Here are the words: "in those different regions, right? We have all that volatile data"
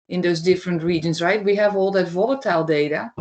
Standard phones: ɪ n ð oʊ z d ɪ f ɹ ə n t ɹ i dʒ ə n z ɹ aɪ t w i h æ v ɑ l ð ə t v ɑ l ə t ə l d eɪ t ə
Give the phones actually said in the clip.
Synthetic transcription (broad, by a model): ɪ n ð oʊ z d ɪ f ɹ ə n t ɹ i dʒ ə n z ɹ aɪ t w i h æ v ɑ l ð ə t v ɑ l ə t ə l d eɪ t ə